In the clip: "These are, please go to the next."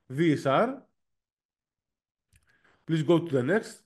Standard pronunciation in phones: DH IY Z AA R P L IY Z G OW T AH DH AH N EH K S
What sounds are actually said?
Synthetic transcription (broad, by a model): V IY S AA R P L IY S G OW T AH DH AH N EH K S